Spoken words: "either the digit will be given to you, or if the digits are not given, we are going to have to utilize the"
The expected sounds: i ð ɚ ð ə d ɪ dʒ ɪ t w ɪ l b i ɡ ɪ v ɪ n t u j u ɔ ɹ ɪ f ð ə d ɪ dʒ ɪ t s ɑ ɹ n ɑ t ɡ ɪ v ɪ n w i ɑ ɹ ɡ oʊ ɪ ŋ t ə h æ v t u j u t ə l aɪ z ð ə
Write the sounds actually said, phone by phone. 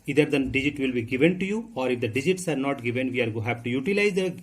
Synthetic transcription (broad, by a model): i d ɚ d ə d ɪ dʒ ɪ t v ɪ l b i ɡ ɪ v ɪ n t u j u ɔ ɹ ɪ f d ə d ɪ dʒ ɪ t s ɑ ɹ n ɑ t ɡ ɪ v ɪ n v i ɑ ɹ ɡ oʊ h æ p t u j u t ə l aɪ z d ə